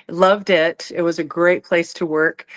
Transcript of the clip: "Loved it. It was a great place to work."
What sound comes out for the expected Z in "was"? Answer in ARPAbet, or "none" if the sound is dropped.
Z